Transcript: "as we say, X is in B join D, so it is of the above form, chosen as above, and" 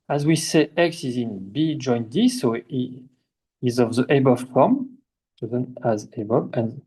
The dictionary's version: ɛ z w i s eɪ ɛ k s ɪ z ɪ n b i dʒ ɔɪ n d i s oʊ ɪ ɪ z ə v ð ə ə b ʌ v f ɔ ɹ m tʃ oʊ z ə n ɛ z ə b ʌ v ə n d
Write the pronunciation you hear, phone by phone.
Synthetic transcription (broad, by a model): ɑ z w i s eɪ ɛ k s ɪ z ɪ n b i dʒ ɔɪ n d i s oʊ ɪ z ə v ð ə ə b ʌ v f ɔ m s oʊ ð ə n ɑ z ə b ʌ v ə n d